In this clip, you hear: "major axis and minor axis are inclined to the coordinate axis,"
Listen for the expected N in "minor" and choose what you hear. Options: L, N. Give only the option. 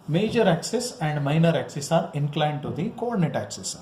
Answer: N